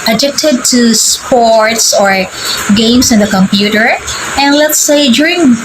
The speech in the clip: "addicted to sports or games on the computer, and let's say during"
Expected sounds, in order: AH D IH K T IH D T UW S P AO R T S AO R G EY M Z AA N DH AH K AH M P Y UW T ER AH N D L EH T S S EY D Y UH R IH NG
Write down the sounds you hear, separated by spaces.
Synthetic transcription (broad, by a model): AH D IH K T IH D T UW S P AO R T S AO R G EY M S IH N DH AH K AH M P Y UW T ER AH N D L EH T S S EY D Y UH R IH NG